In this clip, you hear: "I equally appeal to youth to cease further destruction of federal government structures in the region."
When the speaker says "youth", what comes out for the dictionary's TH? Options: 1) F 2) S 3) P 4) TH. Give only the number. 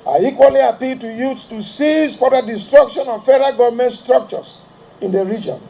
2